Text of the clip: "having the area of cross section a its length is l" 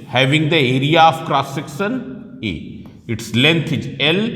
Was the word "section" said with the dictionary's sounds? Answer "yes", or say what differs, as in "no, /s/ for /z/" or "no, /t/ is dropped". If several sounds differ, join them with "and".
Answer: no, /s/ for /ʃ/